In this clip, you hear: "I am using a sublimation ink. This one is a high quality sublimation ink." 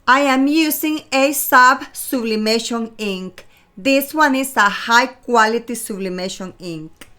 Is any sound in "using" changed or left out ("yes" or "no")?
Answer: yes